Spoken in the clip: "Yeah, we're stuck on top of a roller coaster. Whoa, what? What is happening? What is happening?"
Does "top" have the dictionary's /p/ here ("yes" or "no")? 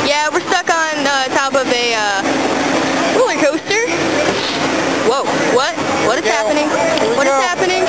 yes